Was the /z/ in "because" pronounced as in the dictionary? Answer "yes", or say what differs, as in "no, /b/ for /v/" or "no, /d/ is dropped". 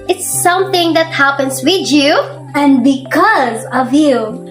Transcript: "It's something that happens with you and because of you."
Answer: yes